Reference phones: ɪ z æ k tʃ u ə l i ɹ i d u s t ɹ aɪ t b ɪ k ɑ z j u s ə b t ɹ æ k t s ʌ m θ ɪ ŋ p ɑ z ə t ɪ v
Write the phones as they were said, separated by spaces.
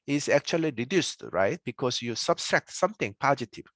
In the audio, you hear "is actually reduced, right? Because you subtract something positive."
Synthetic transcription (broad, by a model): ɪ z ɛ k tʃ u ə l i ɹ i d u s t ɹ aɪ t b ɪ k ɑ s j u s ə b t ɹ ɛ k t s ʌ m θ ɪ ŋ p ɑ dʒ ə t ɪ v